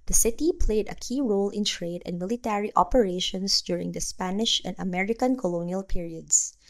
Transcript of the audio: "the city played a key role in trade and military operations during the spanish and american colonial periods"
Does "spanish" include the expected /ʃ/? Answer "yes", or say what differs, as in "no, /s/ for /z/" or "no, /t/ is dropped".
yes